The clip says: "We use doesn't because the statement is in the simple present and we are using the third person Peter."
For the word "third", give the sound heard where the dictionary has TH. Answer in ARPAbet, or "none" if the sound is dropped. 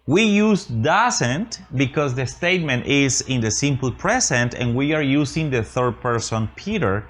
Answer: TH